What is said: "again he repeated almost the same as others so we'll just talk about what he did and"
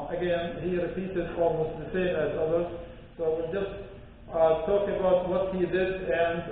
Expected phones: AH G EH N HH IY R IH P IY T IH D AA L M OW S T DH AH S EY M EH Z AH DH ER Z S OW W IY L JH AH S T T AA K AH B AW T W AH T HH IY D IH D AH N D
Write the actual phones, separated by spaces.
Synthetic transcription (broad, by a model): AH G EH N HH IY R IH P IY S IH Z AA L M OW S T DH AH S EY M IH Z AH DH ER Z S OW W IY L JH AH S T T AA K AH B AW T W AH T HH IY D IH D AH N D